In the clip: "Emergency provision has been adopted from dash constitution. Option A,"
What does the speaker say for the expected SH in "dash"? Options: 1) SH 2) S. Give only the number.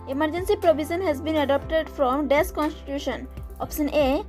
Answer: 2